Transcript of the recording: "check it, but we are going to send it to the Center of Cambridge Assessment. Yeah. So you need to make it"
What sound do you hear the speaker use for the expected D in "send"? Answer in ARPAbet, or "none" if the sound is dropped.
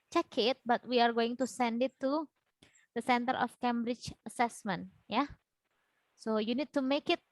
D